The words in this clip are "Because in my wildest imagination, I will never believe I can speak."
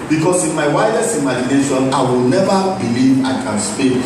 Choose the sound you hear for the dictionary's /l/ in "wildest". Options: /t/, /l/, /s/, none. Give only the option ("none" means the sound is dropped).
none